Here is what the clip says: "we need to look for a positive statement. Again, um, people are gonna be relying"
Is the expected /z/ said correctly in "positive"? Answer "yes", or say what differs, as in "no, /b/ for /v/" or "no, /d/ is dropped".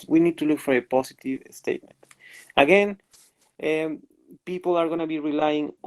no, /s/ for /z/